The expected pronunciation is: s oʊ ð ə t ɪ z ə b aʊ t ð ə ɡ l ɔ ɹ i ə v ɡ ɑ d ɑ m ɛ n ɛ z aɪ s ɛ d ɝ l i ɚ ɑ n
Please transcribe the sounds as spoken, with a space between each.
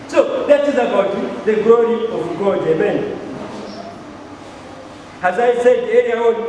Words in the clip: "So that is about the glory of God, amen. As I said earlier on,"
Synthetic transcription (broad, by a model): s oʊ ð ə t ɪ z ə b aʊ t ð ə ɡ l ɔ ɹ i ə v ɡ ɑ d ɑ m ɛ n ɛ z aɪ s ɛ d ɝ n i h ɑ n